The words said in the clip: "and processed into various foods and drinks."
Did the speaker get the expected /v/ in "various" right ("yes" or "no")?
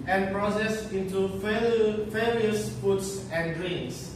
no